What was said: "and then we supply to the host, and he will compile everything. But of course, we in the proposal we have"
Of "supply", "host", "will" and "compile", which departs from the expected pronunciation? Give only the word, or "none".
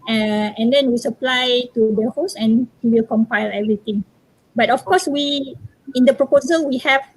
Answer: host